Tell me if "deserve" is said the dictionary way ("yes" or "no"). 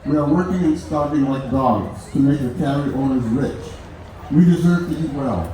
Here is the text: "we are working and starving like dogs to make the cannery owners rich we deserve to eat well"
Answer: yes